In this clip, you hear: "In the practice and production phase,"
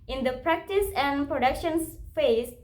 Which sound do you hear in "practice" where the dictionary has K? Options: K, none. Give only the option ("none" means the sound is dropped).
K